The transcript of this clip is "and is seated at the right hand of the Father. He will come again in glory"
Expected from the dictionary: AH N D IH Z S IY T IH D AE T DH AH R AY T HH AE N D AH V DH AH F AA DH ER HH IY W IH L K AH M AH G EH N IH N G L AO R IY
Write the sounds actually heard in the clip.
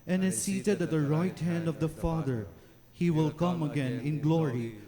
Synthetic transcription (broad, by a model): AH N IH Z S IY T IH D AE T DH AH R AY T HH AE N D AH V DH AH F AA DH ER HH IY W IH L K AH M AH G EH N IH N G L AO R IY